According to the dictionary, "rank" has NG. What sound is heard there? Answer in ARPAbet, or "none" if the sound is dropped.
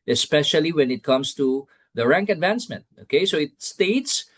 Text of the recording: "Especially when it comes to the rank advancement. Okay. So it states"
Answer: NG